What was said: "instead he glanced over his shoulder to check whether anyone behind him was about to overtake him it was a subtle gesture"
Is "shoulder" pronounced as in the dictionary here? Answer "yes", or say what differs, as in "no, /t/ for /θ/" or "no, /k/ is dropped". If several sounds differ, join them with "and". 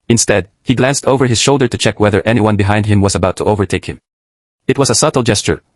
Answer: yes